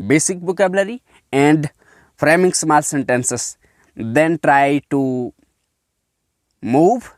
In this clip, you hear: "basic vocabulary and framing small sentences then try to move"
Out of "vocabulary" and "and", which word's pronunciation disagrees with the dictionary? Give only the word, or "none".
vocabulary